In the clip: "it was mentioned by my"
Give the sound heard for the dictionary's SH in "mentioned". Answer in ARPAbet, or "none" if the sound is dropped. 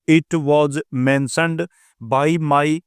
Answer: S